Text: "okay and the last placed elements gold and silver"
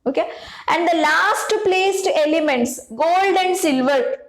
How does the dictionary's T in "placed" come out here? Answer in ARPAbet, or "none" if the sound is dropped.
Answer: T